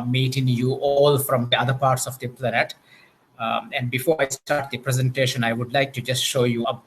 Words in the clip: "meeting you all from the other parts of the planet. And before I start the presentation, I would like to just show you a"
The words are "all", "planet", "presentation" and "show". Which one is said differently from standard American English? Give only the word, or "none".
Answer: none